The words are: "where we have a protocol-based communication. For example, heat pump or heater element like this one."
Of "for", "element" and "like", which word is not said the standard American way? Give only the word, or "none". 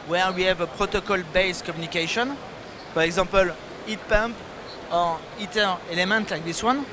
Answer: for